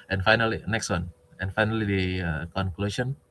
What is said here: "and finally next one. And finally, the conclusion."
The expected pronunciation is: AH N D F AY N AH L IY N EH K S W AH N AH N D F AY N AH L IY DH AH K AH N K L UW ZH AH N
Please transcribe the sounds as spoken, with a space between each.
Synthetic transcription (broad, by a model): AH N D F AY N AH L IY N EH K S W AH N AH N F AY N AH L IY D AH K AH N K L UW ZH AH N